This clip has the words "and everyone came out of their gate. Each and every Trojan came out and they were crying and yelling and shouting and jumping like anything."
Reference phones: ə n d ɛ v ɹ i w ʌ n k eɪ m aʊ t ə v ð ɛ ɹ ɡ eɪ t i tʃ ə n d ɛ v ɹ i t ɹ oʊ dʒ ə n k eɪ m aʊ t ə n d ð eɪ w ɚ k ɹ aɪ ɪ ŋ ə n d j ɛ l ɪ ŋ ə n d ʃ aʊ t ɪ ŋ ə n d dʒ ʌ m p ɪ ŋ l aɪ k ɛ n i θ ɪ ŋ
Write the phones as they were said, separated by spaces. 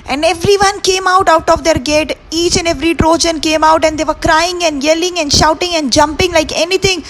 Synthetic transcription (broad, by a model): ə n d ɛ v ɹ i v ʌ n k eɪ m aʊ t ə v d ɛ ɹ ɡ eɪ t i tʃ ə n d ɛ v ɹ i t ɹ oʊ dʒ ə n k eɪ m aʊ t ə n d eɪ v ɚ k ɹ aɪ ɪ ŋ ə n d j ɛ l ɪ ŋ ə n d ʃ aʊ t ɪ ŋ ə n d dʒ ʌ m p ɪ ŋ l aɪ k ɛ n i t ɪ ŋ